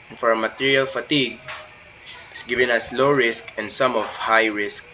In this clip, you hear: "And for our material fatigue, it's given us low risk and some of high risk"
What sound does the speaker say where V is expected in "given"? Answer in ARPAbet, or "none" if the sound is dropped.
V